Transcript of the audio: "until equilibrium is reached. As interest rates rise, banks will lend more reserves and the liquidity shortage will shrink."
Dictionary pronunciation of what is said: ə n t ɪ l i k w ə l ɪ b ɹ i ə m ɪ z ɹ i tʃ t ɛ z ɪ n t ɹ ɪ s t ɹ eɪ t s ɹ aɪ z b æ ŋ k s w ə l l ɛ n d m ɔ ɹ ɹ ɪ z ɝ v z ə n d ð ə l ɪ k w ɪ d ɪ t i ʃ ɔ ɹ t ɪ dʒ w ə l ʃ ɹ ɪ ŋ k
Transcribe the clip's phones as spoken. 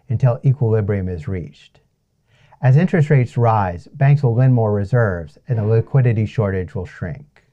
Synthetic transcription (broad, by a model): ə n t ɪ l i k w ə l ɪ b ɹ i ə m ɪ z ɹ i tʃ t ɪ z ɪ n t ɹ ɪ s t ɹ eɪ t s ɹ aɪ z b æ ŋ k s w ə l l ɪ n m ɔ ɹ ɹ ɪ z ɝ v z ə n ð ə l ɪ k w ɪ d ɪ t i ʃ ɔ ɹ t ɪ dʒ w ə l ʃ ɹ ɪ ŋ k